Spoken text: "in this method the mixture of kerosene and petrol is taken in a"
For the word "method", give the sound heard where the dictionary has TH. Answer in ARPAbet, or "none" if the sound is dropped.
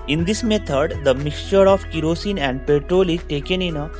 T